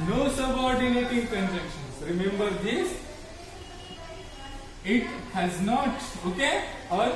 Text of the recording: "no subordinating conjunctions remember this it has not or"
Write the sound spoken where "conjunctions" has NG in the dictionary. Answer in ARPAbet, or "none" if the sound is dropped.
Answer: none